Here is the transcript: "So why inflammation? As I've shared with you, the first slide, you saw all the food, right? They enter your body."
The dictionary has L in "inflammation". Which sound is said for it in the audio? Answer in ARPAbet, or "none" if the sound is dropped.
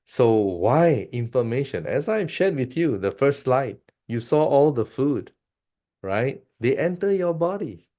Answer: none